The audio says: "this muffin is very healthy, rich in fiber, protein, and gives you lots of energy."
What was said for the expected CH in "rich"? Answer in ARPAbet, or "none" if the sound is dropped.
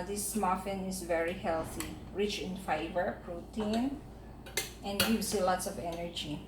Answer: CH